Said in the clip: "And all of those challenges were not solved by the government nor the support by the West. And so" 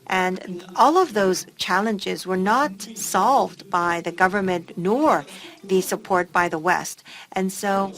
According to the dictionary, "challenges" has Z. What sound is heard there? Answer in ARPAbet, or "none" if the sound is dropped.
Z